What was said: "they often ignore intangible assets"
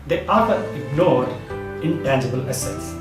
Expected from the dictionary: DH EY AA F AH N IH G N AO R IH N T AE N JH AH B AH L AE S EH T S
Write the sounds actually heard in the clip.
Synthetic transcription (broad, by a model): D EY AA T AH IH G N AO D IH N T AE N JH AH B AH L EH S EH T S